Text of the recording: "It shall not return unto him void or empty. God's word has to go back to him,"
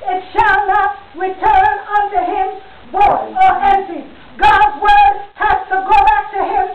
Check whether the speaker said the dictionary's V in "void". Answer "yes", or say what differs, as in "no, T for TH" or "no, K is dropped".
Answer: no, B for V